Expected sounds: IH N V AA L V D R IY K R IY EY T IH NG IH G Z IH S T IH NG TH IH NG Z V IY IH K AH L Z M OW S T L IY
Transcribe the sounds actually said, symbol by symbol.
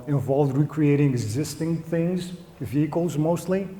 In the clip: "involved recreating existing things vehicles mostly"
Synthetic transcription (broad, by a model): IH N V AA L V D R IY K R IY EY T IH NG IH G Z IH S T IH NG TH IH NG Z V IY IH K AH L Z M OW S T L IY